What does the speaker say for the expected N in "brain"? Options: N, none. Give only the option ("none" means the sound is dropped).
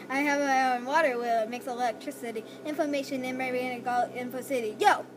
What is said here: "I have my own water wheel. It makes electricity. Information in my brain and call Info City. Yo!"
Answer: none